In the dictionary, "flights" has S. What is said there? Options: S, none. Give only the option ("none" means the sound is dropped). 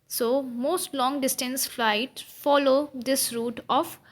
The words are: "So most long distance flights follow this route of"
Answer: none